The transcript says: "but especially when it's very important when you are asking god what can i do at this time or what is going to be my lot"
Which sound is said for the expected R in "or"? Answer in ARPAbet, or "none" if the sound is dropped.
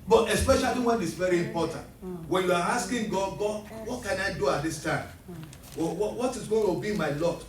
W